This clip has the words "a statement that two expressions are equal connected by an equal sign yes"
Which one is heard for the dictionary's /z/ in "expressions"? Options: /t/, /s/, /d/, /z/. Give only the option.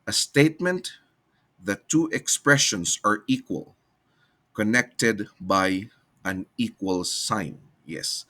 /s/